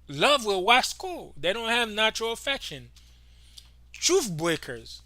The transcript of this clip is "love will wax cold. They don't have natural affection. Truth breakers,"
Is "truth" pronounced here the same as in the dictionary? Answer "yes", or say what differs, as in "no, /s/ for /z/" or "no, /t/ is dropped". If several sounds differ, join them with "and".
no, /f/ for /θ/